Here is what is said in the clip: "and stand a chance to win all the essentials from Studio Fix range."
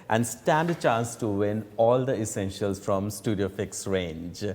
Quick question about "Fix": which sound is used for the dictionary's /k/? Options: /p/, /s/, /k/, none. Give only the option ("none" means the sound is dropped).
/k/